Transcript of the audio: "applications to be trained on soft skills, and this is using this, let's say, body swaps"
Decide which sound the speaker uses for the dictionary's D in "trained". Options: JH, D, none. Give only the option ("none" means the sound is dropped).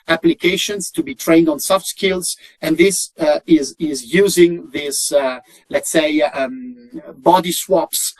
D